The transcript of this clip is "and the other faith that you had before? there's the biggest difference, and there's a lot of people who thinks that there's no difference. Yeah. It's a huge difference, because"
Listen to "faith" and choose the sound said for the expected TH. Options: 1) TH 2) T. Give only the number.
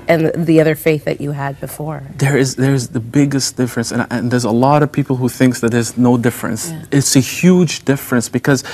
1